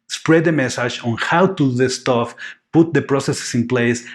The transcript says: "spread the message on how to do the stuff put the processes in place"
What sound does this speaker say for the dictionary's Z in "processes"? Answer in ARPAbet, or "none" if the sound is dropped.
S